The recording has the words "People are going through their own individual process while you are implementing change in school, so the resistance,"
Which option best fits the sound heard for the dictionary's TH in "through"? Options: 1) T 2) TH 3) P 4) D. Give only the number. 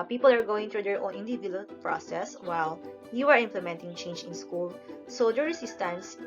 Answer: 1